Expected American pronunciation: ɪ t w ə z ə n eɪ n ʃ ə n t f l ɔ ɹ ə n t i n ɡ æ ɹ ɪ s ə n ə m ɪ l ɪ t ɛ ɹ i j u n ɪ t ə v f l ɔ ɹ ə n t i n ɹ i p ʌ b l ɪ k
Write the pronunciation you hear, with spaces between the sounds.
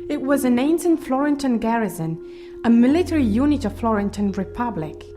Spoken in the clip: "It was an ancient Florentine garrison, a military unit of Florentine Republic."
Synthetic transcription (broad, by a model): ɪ t w ə z ə n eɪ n s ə n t f l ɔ ɹ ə n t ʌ n ɡ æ ɹ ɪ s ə n ə m ɪ l ɪ t ɛ ɹ i j u n ɪ t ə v f l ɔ ɹ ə n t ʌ n ɹ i p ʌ b l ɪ k